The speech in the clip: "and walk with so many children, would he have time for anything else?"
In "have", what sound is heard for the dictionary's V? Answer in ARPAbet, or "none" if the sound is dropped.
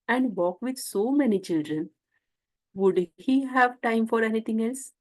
V